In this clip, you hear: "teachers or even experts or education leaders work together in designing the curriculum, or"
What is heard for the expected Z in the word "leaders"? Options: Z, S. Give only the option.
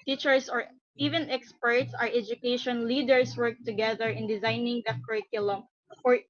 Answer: S